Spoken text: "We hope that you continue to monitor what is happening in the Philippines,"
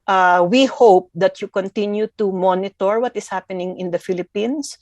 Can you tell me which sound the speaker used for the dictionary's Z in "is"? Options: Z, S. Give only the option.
S